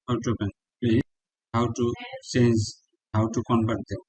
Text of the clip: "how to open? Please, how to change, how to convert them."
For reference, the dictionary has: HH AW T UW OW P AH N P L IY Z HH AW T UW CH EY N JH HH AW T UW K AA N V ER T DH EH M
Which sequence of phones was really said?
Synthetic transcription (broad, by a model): HH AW T UW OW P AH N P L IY HH AW T UW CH EY N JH HH AW T UW K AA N B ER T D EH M